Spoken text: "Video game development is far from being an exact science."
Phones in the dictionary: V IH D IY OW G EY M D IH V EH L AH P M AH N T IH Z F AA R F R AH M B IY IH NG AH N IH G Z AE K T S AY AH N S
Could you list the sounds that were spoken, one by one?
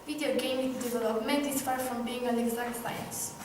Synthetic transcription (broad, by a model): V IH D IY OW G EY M D IH V EH L AH P M AH N T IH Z F AA R F R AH M B IY IH NG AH L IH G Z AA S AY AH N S